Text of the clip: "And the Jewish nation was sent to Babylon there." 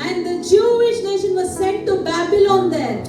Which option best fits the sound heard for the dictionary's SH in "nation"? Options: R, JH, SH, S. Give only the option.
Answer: SH